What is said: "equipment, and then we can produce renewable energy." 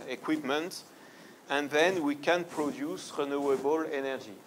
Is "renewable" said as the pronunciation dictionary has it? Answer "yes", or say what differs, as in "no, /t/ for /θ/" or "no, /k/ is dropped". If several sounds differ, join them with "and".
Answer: yes